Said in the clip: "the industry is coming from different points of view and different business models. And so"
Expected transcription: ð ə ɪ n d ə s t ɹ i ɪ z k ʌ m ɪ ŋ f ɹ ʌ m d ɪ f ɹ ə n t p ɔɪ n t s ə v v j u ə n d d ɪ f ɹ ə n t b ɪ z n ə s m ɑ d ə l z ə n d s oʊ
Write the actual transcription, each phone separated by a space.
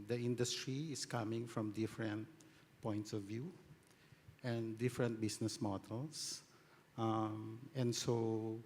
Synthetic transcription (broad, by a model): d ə ɪ n d ə s t ɹ i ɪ s k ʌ m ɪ ŋ f ɹ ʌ m d ɪ f ɹ ə n t p ɔɪ n t s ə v v j u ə n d d ɪ f ɹ ə n t b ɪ s n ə s m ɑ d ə l s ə n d s oʊ